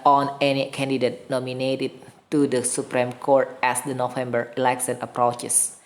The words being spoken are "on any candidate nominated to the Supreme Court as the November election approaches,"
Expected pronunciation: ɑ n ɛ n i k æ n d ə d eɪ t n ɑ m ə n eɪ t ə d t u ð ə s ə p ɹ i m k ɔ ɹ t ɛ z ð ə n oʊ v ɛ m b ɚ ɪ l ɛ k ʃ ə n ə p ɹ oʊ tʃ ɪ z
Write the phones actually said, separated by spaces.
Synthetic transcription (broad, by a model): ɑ n ɛ n i k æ n d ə d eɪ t n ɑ m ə n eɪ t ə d t u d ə s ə p ɹ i m k ɔ ɹ t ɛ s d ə n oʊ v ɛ m b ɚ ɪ l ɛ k s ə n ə p ɹ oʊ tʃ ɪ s